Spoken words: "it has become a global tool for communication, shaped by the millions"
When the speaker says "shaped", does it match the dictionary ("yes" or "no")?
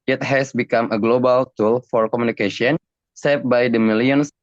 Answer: no